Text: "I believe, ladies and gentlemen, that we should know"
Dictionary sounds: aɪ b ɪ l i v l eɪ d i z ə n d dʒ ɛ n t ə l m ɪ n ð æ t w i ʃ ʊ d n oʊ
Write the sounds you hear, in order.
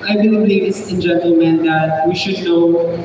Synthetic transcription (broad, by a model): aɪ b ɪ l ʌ b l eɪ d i s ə n dʒ ɛ n t ə l m ɪ n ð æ t w i ʃ ʊ d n oʊ